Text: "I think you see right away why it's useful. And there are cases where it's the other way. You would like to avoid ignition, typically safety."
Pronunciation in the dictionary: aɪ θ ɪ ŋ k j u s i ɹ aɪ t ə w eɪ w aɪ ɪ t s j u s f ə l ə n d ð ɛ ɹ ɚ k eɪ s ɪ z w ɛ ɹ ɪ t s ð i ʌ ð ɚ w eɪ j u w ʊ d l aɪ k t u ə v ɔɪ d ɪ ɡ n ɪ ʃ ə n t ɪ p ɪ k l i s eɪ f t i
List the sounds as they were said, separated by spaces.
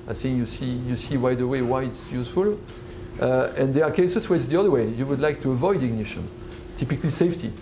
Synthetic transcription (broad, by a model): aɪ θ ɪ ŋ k j u s i w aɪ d ə w eɪ w aɪ ɪ t s j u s f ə l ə n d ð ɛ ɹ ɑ k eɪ s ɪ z w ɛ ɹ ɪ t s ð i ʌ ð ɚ w eɪ j u w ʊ d l aɪ k t u ə v ɔɪ d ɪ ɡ n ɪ ʃ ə n t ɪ p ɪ k l i s eɪ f t i